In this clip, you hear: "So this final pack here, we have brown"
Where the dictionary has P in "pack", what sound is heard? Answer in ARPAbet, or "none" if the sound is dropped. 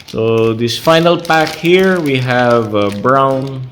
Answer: P